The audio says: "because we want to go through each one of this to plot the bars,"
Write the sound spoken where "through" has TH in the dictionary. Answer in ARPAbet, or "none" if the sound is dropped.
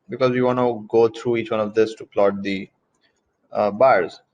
T